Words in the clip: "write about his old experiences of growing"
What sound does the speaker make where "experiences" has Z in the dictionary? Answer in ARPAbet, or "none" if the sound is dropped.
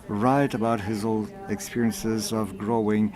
Z